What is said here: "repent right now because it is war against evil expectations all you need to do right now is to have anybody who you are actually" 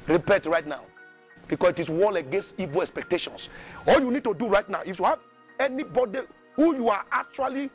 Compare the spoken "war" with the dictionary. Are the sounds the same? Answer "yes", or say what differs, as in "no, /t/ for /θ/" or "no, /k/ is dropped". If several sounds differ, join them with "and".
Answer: no, /l/ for /ɹ/